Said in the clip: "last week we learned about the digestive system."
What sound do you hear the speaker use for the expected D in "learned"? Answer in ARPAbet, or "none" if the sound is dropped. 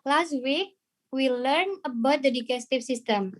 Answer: none